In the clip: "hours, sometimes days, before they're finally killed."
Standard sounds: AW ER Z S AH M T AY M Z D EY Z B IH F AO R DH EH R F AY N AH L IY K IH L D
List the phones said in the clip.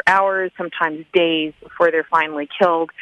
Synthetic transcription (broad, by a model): AW ER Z S AH M T AY M Z D EY Z B IH F AO R DH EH R F AY N L IY K IH L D